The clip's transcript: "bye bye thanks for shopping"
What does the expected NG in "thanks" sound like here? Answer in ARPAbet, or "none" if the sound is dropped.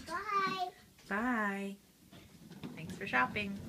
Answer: NG